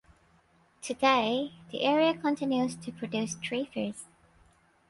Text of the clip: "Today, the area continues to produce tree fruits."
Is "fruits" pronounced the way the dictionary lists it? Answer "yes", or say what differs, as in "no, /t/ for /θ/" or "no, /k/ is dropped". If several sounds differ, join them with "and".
no, /ɹ/ is dropped